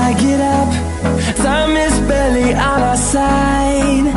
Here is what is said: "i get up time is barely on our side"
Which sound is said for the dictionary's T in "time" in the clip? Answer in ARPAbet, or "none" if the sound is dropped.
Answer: S